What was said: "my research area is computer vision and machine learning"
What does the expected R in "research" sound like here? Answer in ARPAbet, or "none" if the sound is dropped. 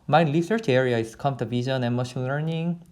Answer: L